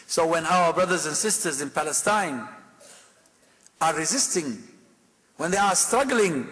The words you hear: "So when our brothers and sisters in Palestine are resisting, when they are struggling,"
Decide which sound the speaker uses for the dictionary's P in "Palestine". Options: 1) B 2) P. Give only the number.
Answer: 2